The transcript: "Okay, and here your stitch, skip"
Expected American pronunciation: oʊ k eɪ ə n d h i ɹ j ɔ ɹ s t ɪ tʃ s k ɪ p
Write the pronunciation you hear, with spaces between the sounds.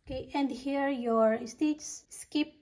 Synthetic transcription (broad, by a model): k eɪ ə n d h i ɹ j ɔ ɹ s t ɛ s s k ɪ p